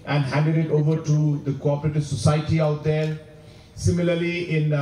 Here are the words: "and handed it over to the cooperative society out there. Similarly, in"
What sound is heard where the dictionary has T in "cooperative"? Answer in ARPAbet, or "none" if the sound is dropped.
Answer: T